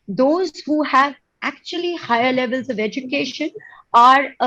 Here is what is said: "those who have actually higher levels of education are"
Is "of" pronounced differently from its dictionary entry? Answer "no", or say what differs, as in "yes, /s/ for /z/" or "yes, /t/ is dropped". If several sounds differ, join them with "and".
no